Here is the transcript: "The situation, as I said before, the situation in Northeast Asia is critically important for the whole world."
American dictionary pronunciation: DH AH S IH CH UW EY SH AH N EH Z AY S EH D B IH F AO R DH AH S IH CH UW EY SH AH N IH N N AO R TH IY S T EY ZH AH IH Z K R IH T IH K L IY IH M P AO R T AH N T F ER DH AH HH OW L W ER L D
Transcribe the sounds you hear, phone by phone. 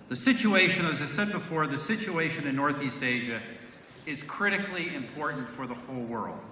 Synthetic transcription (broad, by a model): DH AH S IH CH UW EY SH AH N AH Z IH S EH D B IH F AO R DH AH S IH CH UW EY SH AH N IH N N AO R TH IY S T EY ZH AH IH Z K R IH T IH K L IY IH M P AO R T N T F ER DH AH HH OW L W ER L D